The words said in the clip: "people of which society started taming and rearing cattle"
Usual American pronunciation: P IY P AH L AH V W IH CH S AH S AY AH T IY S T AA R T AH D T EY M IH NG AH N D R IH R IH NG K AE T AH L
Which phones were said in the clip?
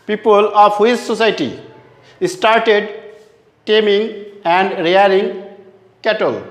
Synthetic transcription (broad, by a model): P IY P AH L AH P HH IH S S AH S AY T IY S T AA R T AH D T EY M IH NG AH N D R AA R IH NG K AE T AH L